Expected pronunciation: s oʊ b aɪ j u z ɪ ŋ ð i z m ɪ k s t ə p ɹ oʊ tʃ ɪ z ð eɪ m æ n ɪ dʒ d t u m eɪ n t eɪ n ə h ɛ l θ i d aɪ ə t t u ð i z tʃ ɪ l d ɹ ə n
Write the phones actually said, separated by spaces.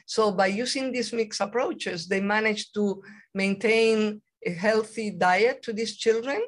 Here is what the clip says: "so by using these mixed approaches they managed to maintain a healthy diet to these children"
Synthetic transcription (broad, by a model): s oʊ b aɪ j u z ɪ ŋ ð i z m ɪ k s ə p ɹ oʊ tʃ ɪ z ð eɪ m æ n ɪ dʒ t u m eɪ n t eɪ n ə h ɛ l θ i d aɪ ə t t u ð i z tʃ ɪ l d ɹ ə n